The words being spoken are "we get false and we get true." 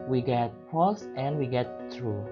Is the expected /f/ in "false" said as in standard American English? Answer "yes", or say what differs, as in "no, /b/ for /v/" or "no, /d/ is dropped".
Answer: no, /p/ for /f/